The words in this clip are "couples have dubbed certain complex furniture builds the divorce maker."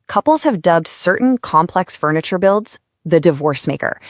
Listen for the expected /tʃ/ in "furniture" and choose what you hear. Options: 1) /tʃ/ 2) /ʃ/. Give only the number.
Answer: 1